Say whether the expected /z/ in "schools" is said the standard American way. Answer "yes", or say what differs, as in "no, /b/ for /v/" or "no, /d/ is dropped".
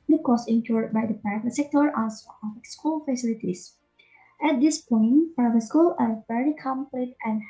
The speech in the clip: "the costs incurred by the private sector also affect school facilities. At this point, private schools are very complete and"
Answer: no, /z/ is dropped